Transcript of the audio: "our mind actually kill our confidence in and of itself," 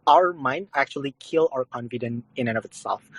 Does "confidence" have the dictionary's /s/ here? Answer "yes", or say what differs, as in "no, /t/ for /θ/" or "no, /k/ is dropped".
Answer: no, /s/ is dropped